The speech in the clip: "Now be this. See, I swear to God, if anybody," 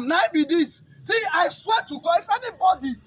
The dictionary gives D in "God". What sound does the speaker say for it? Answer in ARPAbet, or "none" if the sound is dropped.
none